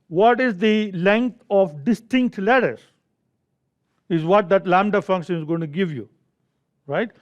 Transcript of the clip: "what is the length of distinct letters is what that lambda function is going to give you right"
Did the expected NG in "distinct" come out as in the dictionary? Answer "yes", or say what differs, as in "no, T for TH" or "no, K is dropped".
yes